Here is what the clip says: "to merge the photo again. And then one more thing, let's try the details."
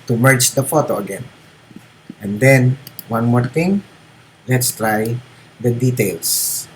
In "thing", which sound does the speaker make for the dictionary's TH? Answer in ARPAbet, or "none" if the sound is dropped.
T